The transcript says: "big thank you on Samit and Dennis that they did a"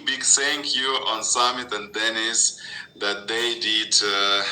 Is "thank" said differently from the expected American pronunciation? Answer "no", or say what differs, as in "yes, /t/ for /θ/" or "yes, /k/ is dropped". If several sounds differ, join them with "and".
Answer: yes, /s/ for /θ/